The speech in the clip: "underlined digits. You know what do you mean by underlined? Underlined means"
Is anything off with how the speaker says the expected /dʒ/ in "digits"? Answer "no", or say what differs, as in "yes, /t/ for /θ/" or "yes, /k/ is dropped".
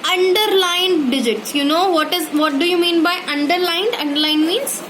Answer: no